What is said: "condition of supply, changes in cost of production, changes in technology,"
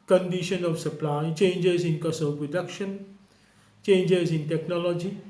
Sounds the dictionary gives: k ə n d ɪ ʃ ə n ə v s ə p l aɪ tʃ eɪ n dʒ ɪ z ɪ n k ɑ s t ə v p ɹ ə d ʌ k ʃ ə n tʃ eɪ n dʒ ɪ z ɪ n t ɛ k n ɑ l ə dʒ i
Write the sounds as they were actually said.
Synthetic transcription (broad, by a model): k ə n d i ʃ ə n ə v s ə p l aɪ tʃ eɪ n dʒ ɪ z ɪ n k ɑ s ə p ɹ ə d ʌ k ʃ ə n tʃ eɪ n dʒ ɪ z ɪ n t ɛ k n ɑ l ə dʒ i